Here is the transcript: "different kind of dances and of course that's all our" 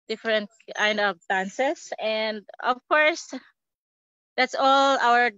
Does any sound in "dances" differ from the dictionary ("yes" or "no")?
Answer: yes